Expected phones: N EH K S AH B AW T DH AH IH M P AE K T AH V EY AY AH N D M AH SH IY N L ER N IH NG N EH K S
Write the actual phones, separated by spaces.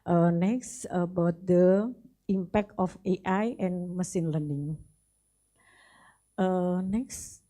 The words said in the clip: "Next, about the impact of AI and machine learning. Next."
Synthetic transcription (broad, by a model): N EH K S AH B AW T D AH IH M P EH K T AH F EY AY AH N M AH S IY N L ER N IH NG N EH K S